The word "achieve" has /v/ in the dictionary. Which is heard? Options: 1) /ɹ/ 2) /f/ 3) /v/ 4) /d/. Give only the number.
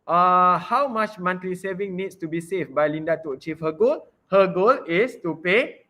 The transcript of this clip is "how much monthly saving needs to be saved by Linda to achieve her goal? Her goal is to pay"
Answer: 2